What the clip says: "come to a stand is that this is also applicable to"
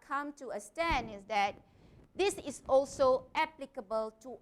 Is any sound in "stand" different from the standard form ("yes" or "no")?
yes